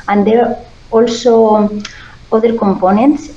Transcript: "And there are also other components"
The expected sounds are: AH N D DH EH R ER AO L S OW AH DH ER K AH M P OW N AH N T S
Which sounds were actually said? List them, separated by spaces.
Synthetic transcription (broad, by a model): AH N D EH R AO L S OW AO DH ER K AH M P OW N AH N T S